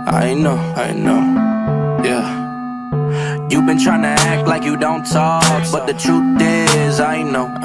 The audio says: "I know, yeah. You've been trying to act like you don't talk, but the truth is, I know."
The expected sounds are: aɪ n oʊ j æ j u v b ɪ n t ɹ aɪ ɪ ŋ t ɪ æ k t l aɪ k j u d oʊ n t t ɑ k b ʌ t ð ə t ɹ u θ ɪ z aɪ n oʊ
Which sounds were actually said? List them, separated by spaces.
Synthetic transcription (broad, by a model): aɪ n oʊ j æ j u v b ɪ n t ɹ aɪ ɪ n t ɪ æ k t l aɪ k j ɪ d oʊ n t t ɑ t b ʌ t ð ə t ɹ u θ ɪ z aɪ n oʊ